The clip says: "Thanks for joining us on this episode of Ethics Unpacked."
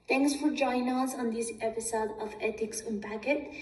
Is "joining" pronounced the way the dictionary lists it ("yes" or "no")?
no